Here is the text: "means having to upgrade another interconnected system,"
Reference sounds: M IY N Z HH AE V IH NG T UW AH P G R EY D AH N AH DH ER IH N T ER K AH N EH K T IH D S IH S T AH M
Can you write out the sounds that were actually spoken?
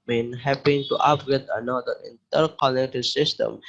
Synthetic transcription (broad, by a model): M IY N HH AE P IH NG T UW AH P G EY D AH N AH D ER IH N T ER K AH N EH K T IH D S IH S T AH M